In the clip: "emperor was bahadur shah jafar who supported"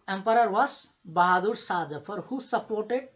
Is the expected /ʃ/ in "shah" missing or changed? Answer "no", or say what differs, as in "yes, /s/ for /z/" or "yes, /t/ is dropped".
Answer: yes, /s/ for /ʃ/